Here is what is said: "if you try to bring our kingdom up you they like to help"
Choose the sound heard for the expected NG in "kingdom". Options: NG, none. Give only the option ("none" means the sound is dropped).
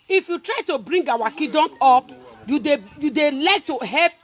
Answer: none